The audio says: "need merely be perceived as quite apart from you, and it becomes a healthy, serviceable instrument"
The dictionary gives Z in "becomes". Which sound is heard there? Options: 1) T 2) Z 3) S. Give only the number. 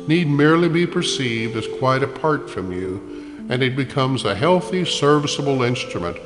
2